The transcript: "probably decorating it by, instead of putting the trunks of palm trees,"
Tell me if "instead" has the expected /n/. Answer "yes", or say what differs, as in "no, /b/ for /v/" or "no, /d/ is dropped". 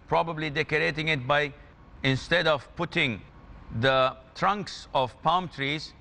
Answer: yes